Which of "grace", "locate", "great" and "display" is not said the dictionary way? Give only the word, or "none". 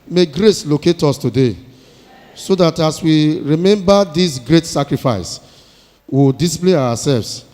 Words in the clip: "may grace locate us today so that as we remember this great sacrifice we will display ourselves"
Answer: display